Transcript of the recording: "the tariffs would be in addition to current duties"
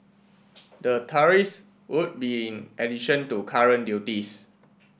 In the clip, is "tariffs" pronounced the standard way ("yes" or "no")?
no